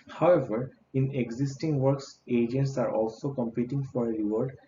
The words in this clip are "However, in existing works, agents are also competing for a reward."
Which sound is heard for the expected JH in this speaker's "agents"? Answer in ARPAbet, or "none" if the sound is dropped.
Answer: JH